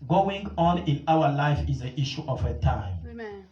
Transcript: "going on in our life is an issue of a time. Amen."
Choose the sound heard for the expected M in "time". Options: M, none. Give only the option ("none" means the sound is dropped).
none